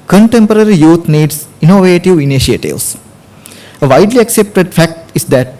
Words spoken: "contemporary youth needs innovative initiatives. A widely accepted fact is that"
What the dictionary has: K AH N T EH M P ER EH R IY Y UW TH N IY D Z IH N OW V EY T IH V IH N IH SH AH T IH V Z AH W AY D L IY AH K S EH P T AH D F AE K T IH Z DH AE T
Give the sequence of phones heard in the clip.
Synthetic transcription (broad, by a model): K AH N T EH M P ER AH R IY Y UW T N IY D S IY N OW V EY T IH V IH N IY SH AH T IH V S AH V AY D L IY AH K S EH P T AH D F AE K T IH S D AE T